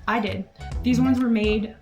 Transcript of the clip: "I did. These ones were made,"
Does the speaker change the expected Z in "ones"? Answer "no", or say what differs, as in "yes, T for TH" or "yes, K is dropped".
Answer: no